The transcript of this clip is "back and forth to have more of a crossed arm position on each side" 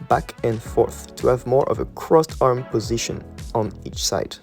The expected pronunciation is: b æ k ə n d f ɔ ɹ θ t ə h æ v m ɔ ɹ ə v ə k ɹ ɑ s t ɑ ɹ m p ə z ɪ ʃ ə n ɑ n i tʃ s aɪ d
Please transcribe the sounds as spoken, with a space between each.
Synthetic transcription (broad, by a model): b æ k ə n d f ɔ ɹ θ t ə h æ v m ɔ ɹ ə v ə k ɹ ɑ s t ɑ ɹ m p ə z ɪ ʃ ə n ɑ n i tʃ s aɪ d